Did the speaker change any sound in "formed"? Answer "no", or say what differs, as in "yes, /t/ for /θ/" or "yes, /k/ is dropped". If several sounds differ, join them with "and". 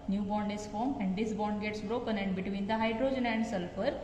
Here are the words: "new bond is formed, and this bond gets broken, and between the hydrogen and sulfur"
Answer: yes, /d/ is dropped